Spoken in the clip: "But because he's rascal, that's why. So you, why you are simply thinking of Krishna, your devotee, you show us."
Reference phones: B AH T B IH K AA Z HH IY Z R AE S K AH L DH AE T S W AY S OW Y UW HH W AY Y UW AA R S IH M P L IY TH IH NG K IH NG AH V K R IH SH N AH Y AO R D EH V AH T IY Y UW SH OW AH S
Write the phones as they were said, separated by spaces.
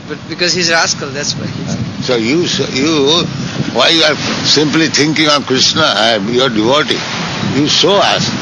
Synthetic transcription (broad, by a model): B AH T B IH K AA Z HH IY Z R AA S K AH L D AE T S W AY S OW Y UW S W AY Y UW AA R S IH M P L IY T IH NG K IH NG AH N K R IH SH N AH Y AO R D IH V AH T IY Y UW S OW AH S